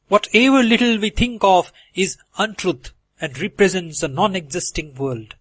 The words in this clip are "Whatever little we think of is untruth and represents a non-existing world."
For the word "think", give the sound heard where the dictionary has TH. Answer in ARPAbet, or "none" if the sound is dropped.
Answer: T